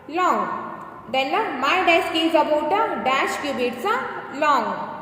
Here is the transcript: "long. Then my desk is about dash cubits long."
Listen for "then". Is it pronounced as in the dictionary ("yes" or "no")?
no